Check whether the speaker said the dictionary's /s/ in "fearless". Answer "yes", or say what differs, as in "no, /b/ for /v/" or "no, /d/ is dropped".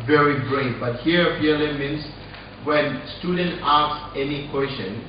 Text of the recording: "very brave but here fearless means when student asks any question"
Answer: no, /s/ is dropped